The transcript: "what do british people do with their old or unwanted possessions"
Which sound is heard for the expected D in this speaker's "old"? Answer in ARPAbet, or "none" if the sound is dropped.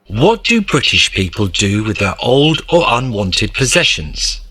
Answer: D